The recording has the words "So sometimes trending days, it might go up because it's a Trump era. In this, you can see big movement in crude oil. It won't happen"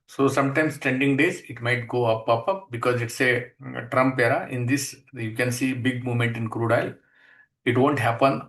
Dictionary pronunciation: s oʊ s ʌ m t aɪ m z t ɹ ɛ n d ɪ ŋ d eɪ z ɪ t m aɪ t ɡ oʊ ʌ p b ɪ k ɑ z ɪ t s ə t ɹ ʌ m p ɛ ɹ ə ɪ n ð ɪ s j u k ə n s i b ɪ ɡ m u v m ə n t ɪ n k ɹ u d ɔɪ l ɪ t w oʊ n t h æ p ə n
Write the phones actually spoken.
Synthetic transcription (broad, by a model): s oʊ s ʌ m t aɪ m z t ɛ n d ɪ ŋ d eɪ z ɪ t m aɪ t ɡ oʊ ʌ p b ɪ k ɑ z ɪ t s ə t ɹ ʌ m p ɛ ɹ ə ɪ n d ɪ s j u k ə n s i b ɪ ɡ m u v m ə n t ɪ n k ɹ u d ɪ l ɪ t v oʊ n t h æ p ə n